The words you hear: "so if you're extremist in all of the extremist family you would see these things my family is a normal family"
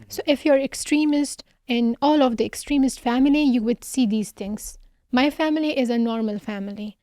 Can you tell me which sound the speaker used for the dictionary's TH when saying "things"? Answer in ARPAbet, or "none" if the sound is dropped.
T